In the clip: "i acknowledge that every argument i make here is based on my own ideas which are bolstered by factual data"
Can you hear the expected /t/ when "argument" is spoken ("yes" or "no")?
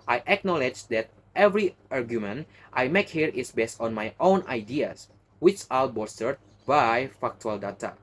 yes